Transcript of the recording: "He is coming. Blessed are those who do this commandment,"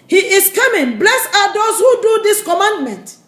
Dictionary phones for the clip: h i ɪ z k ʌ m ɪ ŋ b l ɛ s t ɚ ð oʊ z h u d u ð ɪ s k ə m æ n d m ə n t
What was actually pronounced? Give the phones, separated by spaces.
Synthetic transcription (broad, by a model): h i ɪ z k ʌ m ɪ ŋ b l ɛ s ɑ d oʊ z h u d u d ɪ s k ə m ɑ n d m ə n t